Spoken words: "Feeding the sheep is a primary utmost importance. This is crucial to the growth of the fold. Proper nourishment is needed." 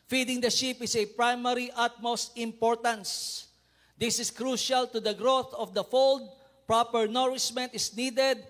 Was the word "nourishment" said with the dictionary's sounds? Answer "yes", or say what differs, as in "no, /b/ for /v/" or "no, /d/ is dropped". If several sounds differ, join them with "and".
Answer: no, /s/ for /ʃ/